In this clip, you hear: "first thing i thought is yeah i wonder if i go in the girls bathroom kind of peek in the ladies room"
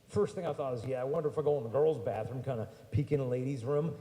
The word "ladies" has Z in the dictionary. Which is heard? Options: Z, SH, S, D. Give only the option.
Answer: Z